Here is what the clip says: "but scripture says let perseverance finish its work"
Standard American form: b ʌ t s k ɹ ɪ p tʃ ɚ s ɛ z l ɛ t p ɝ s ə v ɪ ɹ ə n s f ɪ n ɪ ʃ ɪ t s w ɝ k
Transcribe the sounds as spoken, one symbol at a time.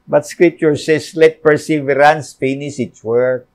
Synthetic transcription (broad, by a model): b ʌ t s k ɹ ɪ p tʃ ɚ s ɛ s l ɛ t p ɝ s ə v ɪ ɹ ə n s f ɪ n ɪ s ɪ t s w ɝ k